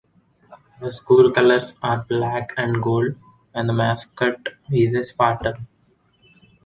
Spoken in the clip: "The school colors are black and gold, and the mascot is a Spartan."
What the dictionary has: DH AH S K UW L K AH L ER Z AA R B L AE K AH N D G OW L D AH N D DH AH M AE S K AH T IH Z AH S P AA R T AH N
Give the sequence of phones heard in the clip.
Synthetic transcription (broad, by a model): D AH S K UW L K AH L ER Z AA R B L AE K AH N D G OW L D AH N D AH M AE S K AH T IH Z AH S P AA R T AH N